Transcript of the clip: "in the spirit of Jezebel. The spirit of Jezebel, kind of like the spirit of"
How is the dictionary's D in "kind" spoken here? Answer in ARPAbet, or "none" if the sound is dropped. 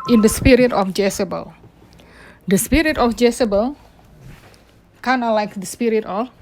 none